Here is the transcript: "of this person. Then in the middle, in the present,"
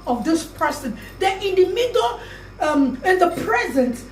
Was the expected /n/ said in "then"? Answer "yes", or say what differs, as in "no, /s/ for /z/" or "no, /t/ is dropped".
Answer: no, /n/ is dropped